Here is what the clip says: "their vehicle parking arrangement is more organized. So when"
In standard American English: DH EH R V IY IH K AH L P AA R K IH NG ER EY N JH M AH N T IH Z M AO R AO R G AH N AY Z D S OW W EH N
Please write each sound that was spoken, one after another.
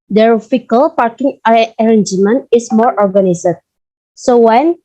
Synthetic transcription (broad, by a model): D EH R F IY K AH L P AA R K IH NG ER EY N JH M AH N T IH S M AO R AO R G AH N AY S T S OW W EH N